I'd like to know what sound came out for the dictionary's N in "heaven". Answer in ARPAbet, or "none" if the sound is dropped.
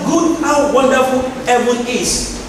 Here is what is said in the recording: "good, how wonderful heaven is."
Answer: none